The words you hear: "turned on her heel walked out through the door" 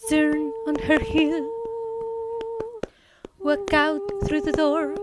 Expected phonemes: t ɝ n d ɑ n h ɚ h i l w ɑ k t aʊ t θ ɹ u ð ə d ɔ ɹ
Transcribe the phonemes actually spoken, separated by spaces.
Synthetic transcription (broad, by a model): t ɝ n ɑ n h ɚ h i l w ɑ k aʊ t θ ɹ u ð ə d ɔ ɹ